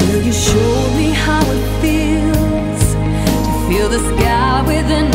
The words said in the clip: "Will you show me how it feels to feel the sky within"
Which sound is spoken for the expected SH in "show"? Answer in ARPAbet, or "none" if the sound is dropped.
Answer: SH